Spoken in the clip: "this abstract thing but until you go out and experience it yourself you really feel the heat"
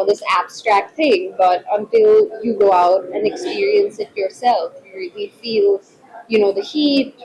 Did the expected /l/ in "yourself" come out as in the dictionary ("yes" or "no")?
yes